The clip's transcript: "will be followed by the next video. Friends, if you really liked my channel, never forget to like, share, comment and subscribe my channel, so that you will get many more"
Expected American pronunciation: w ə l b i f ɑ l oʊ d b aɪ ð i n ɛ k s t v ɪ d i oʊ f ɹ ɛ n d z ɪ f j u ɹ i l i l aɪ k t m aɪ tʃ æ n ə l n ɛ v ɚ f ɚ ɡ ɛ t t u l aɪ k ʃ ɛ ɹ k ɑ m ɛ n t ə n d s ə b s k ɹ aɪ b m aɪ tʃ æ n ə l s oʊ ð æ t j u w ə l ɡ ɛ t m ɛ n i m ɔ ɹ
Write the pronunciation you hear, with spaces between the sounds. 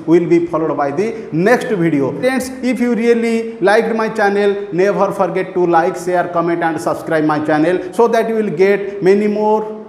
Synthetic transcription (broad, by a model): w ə l b i p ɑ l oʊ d b aɪ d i n ɛ k s t b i d i oʊ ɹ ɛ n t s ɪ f j u ɹ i l i l aɪ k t m aɪ tʃ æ n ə l n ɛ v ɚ p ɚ ɡ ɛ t t u l aɪ k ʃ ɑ ɹ k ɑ m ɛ n t ə n d s ə b s k ɹ aɪ b m aɪ tʃ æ n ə l s oʊ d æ t j u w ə l ɡ ɛ t m ɛ n i m ɔ ɹ